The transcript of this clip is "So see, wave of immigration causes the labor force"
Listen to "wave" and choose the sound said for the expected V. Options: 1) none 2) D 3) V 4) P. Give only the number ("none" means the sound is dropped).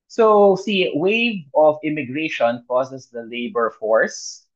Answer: 1